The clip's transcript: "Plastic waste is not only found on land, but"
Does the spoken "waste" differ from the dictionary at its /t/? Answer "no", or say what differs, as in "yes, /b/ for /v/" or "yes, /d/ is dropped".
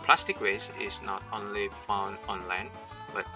yes, /t/ is dropped